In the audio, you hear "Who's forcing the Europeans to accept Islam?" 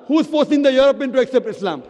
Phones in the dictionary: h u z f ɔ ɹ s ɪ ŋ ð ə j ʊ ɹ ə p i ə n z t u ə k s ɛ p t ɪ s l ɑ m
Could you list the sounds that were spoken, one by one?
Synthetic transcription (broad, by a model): h u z f ɔ ɹ s ɪ ŋ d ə j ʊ ɹ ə p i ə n t u ə k s ɛ p t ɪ s l ɑ m